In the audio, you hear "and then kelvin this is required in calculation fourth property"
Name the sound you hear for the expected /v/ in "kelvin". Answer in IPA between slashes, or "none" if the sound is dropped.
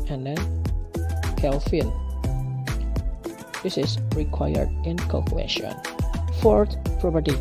/f/